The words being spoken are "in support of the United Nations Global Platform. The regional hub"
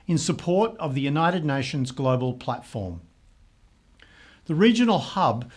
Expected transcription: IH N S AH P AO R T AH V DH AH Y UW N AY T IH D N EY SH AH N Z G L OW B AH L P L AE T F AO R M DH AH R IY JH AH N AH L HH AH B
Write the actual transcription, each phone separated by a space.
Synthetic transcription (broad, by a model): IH N S AH P AO R T AH V DH AH Y UW N AY T IH D N EY SH AH N Z G L OW B AH L P L AE T F AO R M DH AH R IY JH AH N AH L HH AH B